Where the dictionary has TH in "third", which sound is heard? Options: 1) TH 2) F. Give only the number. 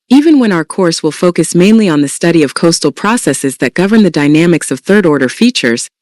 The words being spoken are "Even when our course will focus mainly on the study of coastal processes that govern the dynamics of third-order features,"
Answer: 1